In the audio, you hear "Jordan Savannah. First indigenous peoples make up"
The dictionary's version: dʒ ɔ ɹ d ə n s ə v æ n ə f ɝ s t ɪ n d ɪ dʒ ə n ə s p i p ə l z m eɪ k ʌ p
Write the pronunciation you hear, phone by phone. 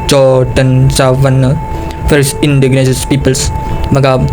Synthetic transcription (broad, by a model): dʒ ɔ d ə n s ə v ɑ n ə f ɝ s ɪ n d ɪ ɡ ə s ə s p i p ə l s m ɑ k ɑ